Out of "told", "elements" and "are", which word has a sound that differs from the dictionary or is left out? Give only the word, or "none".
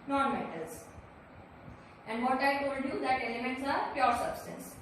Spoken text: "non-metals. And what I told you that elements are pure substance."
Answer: told